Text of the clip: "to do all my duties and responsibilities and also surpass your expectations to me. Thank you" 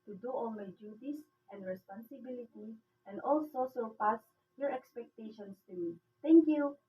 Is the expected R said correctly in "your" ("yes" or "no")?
yes